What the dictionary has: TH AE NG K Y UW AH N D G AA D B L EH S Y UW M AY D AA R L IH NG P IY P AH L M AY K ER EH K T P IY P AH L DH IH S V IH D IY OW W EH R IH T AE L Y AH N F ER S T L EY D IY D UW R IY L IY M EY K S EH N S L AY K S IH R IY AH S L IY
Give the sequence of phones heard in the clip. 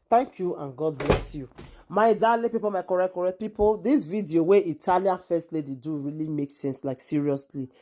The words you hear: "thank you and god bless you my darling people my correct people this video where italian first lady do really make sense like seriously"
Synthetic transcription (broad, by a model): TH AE NG K Y UW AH N G AA D B L EH S Y UW M AY D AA L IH P IY P AH L M AY K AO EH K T P IY P AH L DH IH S V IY D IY OW W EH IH T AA L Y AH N F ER S T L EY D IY D UW R IY L IY M EY K S EH N S L AY K S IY R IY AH S L IY